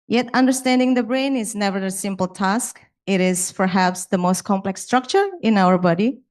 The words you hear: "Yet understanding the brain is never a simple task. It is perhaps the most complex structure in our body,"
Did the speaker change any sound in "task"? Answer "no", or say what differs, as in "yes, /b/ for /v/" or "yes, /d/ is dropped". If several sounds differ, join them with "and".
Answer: no